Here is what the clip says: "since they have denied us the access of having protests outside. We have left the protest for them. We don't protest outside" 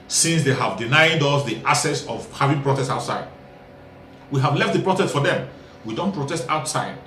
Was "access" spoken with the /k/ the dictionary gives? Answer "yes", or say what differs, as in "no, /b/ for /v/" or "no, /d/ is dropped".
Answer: no, /k/ is dropped